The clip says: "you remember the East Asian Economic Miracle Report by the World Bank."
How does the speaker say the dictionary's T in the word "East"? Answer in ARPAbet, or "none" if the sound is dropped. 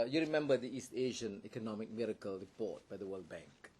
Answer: T